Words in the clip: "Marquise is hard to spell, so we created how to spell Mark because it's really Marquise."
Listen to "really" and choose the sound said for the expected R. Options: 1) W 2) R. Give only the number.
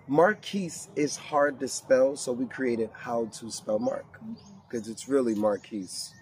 2